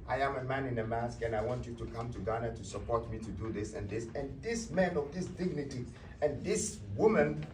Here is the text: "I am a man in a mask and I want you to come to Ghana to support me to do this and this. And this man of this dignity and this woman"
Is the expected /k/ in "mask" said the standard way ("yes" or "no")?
yes